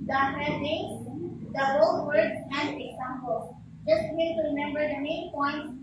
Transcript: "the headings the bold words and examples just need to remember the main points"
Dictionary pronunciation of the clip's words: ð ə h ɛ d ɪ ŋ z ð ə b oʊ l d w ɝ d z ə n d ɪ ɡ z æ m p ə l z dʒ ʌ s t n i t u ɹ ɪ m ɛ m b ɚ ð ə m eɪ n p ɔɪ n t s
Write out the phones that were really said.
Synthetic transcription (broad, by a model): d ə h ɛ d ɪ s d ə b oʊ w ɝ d ə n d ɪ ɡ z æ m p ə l dʒ ʌ s t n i t u ɹ ɪ m ɛ m b ɚ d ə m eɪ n p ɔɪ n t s